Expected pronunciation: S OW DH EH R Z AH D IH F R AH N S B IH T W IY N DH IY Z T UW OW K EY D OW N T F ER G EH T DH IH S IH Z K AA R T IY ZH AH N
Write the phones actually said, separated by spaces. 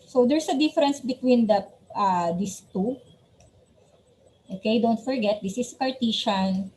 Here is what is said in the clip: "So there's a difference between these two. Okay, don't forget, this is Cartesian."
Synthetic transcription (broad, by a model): S OW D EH R S AH D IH F R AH N S B IH T W IY N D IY S T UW OW K EY D OW N T F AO G EH T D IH S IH S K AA R T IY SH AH N